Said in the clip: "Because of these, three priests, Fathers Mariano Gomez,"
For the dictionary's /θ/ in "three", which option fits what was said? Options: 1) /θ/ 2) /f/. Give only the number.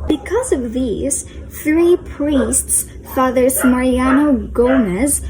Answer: 1